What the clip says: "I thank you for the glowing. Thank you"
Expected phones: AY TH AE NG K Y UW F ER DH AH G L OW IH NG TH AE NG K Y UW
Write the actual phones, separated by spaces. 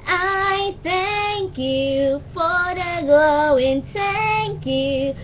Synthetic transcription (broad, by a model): AY TH AE NG K Y UW F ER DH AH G OW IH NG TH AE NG K Y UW